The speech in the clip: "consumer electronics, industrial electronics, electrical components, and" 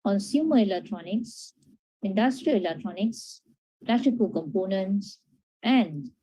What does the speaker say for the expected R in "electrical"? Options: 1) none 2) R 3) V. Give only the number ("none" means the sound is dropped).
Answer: 1